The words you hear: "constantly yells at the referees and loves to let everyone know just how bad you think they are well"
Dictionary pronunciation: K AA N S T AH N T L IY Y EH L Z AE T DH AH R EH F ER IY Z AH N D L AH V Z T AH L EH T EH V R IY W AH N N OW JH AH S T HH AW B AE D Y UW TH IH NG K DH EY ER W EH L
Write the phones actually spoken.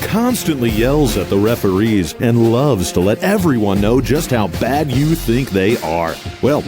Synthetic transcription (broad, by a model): K AA N S T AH N T L IY Y EH L Z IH T DH AH R EH F ER IY Z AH N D L AH V Z T AH L EH T EH V R IY W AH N N OW JH AH S T HH AW B AE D Y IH TH IH NG K DH EY ER W EH L